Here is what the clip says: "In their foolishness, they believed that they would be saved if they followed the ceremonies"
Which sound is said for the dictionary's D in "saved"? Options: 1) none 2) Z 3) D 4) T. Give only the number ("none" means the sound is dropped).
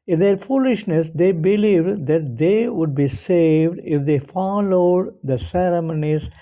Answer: 3